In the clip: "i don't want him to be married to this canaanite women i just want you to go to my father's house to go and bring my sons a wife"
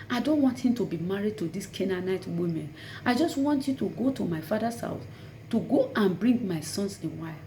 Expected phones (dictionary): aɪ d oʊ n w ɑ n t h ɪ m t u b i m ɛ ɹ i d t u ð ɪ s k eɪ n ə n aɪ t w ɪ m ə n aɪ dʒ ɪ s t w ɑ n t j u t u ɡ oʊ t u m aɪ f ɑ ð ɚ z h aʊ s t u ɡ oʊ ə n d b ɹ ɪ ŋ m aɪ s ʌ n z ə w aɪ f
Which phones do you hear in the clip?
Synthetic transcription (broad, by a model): aɪ d oʊ n w ɑ n t h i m t u b i m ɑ ɹ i d t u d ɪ s k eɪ n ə n aɪ t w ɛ m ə n aɪ dʒ ɪ s t w ɑ n t j u t u ɡ oʊ t u m aɪ f ɑ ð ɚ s aʊ θ t u ɡ oʊ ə n b ɹ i ŋ m aɪ s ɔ n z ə w aɪ